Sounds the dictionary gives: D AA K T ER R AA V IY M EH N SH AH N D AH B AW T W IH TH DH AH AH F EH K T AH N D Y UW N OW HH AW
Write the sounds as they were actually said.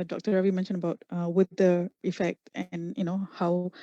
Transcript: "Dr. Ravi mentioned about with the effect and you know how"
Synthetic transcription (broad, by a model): D AA K T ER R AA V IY M EH N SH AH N AH B AW T W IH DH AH AH F EH K T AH N Y UW N OW HH AW